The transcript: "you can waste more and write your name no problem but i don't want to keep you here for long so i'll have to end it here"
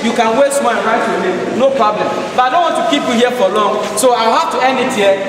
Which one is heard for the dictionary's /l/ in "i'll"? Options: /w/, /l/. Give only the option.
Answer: /w/